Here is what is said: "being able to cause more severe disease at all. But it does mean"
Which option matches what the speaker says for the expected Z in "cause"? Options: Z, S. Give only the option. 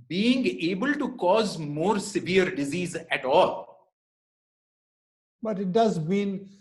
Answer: Z